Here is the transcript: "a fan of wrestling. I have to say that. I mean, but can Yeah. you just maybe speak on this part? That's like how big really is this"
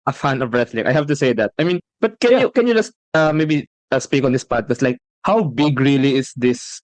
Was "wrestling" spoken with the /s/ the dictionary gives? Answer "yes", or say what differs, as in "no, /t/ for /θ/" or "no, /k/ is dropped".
no, /θ/ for /s/